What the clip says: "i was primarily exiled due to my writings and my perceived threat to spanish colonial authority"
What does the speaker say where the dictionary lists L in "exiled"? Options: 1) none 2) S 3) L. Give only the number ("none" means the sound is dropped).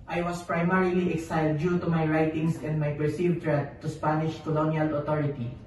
1